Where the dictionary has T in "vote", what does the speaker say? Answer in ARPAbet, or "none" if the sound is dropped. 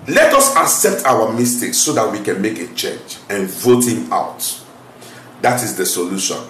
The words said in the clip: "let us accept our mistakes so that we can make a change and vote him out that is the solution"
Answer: T